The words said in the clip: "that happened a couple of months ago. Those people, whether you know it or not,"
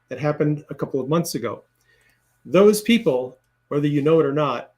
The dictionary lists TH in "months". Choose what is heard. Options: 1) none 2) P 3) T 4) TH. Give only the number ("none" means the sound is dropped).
4